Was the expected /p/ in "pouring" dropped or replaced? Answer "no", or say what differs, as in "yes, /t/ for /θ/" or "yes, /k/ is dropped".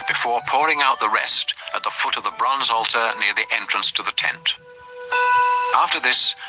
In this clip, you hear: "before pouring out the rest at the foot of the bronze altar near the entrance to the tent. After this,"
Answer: no